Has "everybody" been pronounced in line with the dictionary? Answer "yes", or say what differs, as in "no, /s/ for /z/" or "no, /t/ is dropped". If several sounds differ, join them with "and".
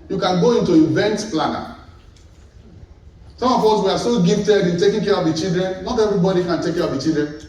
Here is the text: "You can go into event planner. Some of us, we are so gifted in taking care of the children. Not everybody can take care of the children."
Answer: yes